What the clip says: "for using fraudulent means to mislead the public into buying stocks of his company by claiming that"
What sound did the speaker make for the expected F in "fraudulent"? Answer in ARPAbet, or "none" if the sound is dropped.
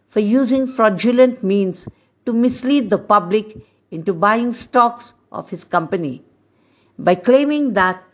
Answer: F